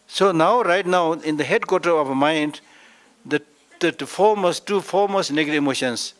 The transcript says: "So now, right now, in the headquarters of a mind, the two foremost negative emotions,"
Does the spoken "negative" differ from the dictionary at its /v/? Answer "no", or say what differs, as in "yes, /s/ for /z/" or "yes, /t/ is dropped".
yes, /v/ is dropped